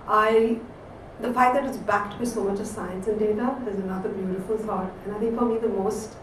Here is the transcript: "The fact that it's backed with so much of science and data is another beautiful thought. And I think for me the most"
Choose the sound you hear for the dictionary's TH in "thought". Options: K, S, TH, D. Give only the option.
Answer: S